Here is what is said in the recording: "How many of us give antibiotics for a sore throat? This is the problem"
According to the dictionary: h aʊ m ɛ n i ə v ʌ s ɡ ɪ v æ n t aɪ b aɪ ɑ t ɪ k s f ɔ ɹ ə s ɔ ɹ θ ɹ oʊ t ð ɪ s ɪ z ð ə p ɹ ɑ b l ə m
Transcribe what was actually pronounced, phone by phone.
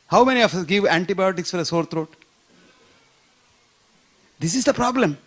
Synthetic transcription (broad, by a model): h aʊ m ɛ n i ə f ʌ s ɡ ɪ v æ n t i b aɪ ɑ t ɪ k s f ɔ ɹ ə s ɔ ɹ t ɹ oʊ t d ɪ s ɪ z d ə p ɹ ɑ b l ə m